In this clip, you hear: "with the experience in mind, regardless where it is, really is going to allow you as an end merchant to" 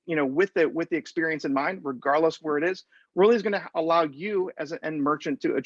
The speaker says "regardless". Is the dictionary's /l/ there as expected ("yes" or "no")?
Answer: yes